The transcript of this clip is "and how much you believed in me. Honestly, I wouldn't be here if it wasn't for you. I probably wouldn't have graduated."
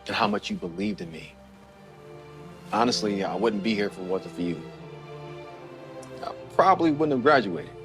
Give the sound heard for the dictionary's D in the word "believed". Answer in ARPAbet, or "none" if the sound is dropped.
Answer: D